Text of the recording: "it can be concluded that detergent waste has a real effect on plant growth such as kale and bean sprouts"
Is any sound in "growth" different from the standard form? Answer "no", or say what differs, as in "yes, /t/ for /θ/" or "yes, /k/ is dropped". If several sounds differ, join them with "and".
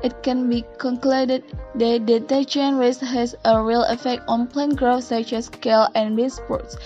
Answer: yes, /f/ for /θ/